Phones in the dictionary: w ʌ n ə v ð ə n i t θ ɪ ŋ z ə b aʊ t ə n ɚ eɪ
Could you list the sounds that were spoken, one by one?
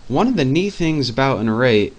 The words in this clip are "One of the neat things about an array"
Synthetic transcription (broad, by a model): w ʌ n ə v ð ə n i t θ ɪ ŋ z ə b aʊ t ə n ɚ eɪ